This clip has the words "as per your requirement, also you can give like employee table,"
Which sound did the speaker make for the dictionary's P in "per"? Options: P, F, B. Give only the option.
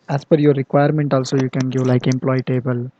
F